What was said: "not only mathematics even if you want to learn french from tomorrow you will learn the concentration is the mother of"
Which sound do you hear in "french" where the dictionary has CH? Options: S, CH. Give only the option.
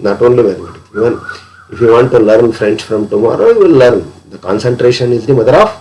S